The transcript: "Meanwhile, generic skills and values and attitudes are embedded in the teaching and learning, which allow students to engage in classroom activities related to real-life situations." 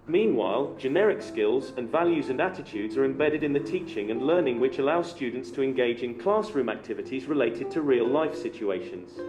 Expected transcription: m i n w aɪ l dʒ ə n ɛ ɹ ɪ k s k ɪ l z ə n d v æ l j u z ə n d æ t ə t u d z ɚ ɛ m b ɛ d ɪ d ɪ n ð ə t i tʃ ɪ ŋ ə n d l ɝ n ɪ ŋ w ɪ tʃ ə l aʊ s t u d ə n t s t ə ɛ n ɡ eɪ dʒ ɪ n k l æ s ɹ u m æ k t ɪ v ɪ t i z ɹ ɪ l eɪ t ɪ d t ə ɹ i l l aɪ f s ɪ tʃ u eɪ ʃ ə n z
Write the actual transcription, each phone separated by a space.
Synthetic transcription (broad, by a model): m i n w aɪ l dʒ ə n ɛ ɹ ɪ k s k ɪ l z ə n v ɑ l j u z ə n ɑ t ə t u d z ɚ ɛ m b ɛ d ɪ d ɪ n ð ə t i tʃ ɪ ŋ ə n l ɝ n ɪ ŋ w ɪ tʃ ə l aʊ s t u d n t s t ə ɛ n ɡ eɪ dʒ ɪ n k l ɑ s ɹ u m æ k t ɪ v ɪ t i z ɹ ɪ l eɪ t ɪ d t ə ɹ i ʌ l aɪ f s ɪ tʃ u eɪ ʃ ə n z